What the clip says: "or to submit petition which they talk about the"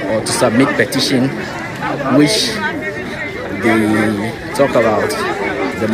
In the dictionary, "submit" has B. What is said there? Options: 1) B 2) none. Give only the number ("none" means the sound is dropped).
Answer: 1